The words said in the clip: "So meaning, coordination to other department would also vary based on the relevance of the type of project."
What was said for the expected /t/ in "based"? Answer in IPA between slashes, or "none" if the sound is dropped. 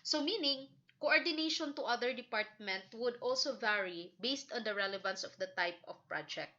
/t/